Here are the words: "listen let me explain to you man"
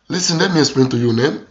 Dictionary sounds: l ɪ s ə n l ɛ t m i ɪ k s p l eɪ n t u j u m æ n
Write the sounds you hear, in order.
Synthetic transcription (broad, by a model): l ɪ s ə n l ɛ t m i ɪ s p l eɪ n t u j u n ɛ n